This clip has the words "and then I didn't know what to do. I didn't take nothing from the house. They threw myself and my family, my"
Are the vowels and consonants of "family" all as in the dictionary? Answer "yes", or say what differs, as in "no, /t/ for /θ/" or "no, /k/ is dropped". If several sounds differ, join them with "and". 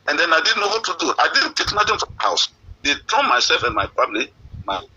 no, /p/ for /f/